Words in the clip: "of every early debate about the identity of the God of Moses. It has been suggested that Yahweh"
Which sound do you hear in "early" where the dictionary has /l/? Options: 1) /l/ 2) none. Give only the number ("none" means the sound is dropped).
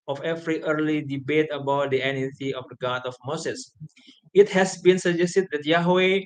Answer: 1